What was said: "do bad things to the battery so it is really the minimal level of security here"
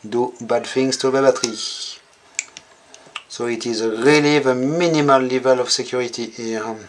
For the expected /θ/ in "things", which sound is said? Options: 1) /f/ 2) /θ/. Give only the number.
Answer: 1